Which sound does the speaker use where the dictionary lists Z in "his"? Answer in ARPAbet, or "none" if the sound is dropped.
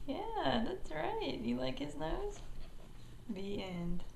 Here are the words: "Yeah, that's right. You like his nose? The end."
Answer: Z